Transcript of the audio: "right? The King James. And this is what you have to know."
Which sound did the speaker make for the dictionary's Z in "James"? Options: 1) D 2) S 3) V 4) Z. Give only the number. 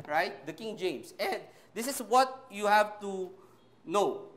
2